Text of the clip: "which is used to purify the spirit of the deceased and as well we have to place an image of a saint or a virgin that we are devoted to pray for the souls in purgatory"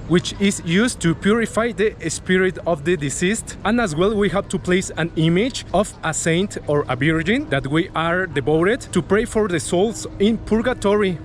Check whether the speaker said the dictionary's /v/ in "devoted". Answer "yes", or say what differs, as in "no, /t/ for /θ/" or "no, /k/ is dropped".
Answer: no, /b/ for /v/